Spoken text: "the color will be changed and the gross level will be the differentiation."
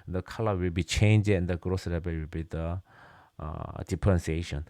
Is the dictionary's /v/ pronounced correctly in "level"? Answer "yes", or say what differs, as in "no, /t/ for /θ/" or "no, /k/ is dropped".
no, /b/ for /v/